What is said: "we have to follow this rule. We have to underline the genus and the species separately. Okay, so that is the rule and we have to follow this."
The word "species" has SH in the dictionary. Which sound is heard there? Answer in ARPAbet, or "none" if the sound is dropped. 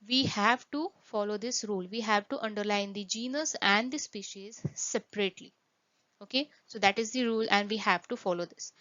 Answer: SH